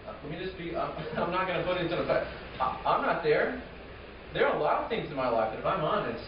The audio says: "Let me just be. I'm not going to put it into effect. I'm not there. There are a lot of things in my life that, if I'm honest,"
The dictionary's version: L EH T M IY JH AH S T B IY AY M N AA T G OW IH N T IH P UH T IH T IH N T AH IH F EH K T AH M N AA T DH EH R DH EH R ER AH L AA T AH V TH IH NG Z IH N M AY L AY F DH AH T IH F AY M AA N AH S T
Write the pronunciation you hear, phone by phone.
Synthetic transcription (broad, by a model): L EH T M IY JH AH S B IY AY M N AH T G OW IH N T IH P UH T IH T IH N S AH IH AA AH M N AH T DH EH R DH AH R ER AH L AA T AH V TH IH NG Z IH N M AY L AY F DH AH T IH F AY M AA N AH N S